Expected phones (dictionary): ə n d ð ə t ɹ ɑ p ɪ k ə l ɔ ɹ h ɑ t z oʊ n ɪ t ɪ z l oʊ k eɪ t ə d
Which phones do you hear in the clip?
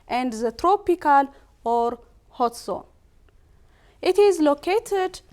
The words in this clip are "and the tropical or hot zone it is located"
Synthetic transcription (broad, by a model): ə n d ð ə t ɹ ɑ p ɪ k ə l ɔ ɹ h ɑ t s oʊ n ɪ t ɪ z l oʊ k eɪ t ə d